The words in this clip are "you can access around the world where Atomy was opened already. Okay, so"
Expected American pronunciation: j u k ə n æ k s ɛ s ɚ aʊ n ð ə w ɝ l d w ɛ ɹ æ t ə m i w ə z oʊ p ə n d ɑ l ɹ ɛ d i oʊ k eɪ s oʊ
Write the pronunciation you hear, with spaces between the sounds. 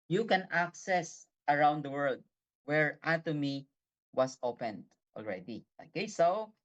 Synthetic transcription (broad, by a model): j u k ə n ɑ k s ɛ s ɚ aʊ n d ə w ɝ l d w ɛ ɹ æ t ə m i w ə s oʊ p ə n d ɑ l ɹ ɛ d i oʊ k eɪ s oʊ